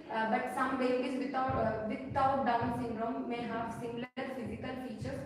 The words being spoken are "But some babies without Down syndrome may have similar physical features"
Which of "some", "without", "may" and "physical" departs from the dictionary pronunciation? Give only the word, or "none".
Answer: without